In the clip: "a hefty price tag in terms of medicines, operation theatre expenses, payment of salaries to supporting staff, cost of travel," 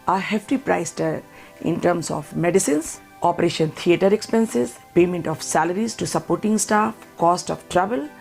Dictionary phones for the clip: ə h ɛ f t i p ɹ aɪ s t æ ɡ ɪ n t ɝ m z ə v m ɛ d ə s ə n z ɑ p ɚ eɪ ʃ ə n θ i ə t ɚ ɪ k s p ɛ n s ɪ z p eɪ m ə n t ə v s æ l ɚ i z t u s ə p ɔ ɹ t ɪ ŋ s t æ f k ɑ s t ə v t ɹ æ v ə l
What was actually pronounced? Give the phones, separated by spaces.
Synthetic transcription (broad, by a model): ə h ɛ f t i p ɹ aɪ s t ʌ ɪ n t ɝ m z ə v m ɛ d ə s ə n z ɑ p ɚ eɪ ʃ ə n t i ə t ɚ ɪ k s p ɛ n s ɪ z p eɪ m ə n t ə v s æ l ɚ i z t u s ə p ɔ ɹ t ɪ ŋ s t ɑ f k ɑ s t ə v t ɹ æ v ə l